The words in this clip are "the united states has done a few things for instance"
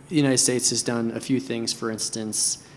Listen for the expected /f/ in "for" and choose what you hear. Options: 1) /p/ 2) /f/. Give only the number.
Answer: 2